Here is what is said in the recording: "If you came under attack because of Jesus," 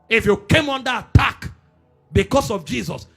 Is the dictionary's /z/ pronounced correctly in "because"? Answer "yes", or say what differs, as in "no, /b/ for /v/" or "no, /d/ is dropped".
no, /s/ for /z/